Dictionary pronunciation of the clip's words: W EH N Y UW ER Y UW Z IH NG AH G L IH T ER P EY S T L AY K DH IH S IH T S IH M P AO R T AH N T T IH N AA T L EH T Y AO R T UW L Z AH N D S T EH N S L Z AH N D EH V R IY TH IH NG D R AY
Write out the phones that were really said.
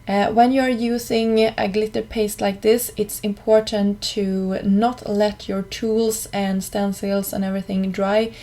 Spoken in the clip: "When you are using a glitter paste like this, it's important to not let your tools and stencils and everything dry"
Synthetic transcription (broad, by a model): W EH N Y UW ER Y UW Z IH NG AH G L IH T ER P EY S T L AY K DH IH S IH T S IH M P AO R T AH N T T IH N AA T L EH T Y AO R T UW L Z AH N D S T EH N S L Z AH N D EH V R IY TH IH NG D R AY